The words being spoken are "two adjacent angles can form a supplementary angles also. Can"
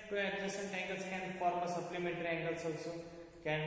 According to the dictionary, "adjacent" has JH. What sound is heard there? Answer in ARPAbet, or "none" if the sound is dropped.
none